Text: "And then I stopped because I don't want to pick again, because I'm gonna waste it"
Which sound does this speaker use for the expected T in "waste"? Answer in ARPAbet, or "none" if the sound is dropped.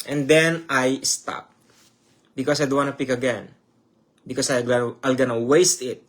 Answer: T